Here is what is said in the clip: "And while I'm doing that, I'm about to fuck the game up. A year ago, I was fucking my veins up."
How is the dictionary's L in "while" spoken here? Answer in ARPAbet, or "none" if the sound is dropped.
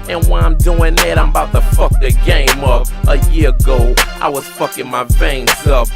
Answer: N